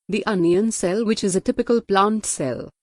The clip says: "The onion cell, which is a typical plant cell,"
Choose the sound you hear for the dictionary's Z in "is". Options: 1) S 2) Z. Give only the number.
2